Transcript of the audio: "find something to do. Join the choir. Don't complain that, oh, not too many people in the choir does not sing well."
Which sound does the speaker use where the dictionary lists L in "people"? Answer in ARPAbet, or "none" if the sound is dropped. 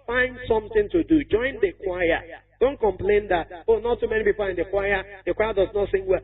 W